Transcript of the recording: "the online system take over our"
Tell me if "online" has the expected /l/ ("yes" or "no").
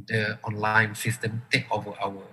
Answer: yes